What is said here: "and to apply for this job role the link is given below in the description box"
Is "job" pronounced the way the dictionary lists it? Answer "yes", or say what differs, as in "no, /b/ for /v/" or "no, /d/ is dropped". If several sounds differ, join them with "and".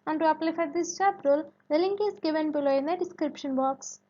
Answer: no, /tʃ/ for /dʒ/